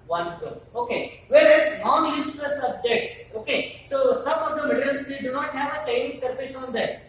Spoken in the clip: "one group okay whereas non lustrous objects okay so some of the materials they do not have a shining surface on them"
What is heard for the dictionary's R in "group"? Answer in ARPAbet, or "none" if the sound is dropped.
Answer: none